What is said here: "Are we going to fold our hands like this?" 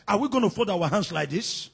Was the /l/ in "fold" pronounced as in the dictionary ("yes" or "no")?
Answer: no